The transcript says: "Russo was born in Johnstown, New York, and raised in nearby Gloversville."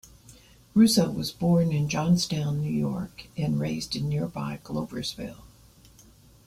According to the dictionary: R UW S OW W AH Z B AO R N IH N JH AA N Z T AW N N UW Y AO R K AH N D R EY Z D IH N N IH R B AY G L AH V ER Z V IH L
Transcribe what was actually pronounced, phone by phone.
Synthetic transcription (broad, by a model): R UW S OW W AH Z B AO R N IH N JH AA N S T AW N N UW Y AO R K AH N R EY Z D IH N N IH R B AY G L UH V ER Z V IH L